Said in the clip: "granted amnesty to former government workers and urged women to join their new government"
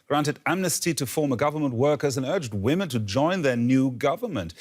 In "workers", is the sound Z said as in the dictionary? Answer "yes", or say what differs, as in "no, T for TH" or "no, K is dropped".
yes